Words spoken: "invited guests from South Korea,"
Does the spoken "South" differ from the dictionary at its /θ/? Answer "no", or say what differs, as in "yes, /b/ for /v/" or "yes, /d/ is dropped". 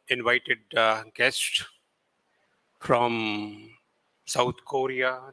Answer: yes, /t/ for /θ/